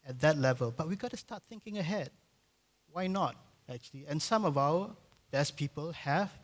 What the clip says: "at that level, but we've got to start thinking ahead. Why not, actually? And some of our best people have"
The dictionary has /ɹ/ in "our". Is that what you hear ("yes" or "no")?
no